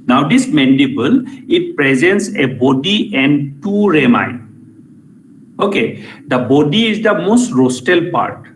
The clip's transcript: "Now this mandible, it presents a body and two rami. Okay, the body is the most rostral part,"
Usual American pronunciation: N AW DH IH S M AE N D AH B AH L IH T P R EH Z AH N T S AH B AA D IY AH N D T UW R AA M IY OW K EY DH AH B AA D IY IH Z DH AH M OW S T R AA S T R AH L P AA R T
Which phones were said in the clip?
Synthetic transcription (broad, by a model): N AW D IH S M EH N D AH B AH L IH T P R EH Z AH N T S AH B AA D IY AH N D T UW R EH M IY OW K EY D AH B AA D IY IH Z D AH M OW S T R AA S T AH L P AA R T